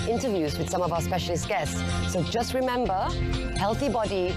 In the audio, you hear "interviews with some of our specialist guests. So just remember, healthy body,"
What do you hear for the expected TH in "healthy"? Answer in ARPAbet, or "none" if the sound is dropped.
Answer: TH